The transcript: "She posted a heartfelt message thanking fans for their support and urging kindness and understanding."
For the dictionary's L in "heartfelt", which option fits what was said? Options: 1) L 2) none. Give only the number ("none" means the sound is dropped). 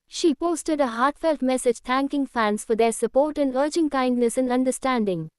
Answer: 1